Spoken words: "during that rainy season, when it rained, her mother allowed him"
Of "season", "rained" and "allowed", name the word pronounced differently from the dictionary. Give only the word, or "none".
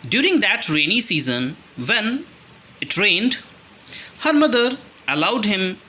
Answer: none